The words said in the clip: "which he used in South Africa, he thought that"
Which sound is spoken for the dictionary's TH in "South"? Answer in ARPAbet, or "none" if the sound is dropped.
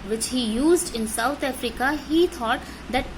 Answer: T